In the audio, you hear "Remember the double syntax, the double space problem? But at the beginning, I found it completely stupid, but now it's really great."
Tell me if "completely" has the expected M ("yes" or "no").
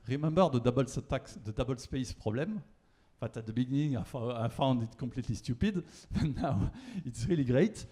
no